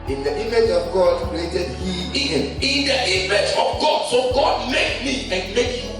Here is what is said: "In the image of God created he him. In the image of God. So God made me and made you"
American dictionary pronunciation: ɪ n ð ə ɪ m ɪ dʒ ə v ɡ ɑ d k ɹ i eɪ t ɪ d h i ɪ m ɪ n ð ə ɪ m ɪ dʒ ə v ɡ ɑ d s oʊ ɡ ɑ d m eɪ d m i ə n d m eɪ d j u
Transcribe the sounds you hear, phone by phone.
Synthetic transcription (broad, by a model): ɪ n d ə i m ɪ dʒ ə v ɡ ɑ d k i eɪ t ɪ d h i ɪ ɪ n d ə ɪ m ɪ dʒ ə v ɡ ɑ d s oʊ ɡ ɑ d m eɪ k m i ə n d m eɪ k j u